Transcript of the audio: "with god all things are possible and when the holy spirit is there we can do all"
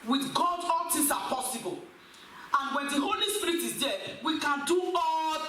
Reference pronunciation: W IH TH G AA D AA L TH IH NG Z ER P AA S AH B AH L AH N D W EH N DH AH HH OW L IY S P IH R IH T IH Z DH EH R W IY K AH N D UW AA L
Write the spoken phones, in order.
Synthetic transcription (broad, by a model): W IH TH G AA D AA L T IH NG S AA P AA S AH B AH L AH N W EH N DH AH HH OW L IY S P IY R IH T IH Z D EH W IY K AH N D UW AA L